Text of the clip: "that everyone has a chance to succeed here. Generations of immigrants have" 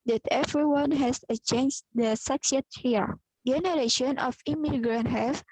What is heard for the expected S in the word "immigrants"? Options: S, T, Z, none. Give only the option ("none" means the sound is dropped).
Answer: none